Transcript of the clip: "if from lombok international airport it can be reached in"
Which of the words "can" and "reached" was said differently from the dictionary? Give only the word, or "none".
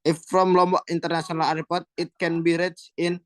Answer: reached